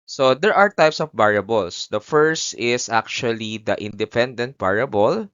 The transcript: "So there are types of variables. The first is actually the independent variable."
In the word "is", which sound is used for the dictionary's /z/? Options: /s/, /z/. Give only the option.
/s/